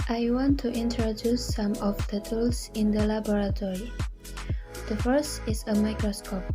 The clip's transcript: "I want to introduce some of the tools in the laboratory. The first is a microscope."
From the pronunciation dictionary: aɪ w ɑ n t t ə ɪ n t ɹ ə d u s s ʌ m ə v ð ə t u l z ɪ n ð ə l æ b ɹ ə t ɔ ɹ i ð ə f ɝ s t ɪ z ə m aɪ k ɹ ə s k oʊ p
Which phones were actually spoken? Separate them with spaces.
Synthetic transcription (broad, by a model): aɪ w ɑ n t t ə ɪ n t ɹ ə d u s s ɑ m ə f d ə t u l s ɪ n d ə l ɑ b ɹ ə t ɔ ɹ i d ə f ɝ s t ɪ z ə m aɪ k ɹ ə s k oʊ p